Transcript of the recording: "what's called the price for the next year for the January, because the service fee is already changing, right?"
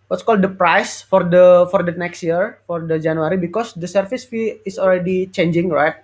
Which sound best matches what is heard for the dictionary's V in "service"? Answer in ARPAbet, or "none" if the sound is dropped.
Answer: F